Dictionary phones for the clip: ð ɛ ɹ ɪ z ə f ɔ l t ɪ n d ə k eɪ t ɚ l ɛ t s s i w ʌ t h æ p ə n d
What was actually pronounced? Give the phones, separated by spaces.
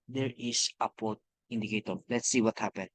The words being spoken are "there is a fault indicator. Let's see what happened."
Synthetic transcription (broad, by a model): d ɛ ɹ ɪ s ə p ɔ t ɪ n d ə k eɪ t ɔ l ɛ t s s i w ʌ t h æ p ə n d